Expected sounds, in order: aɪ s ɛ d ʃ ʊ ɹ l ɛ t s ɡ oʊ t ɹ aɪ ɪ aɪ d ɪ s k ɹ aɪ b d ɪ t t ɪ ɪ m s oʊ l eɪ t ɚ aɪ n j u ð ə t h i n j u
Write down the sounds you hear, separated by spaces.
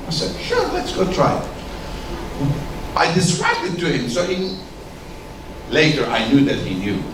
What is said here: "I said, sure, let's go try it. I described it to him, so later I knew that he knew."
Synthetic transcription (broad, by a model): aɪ s ɛ d ʃ ʊ ɹ l ɛ t s ɡ oʊ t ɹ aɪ ɪ aɪ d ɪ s ɹ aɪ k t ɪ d t ɪ ɪ m s oʊ l eɪ t ɚ aɪ n j u ð ə t h i n j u